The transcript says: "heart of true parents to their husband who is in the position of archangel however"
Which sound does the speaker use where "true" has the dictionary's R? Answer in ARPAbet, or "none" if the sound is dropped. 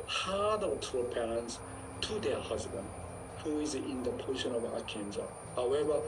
none